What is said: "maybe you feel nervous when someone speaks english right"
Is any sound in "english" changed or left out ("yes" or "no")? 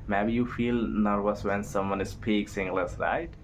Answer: yes